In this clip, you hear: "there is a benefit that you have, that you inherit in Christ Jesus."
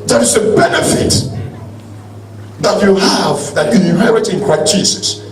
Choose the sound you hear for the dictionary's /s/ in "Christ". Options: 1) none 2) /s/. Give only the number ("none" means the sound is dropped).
1